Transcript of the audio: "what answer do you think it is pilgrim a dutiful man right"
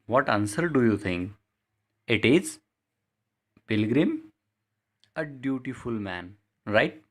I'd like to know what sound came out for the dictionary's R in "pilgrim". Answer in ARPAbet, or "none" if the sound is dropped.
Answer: R